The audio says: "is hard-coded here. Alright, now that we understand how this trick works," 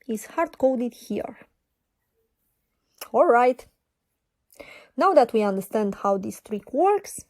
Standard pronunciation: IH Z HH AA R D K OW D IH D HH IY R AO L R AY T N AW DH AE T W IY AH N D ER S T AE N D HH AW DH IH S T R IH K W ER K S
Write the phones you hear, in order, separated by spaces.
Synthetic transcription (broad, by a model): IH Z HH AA R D K OW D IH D HH IY R AO L R AY T N AW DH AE T W IY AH N D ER S T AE N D HH AW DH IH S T R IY K W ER K S